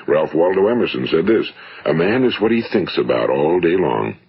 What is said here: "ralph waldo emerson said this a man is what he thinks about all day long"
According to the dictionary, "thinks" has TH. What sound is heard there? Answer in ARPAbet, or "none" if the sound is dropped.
TH